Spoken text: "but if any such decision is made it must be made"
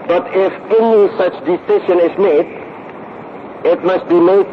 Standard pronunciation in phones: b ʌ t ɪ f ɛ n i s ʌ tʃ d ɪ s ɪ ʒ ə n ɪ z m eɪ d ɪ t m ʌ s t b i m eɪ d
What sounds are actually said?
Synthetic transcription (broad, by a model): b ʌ t ɪ f ɛ n i s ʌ tʃ d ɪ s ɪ ʃ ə n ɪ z m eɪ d ɪ t m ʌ s t b i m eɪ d